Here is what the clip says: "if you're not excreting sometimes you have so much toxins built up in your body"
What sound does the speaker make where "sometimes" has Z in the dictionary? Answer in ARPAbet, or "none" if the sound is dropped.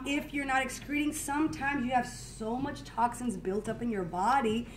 Z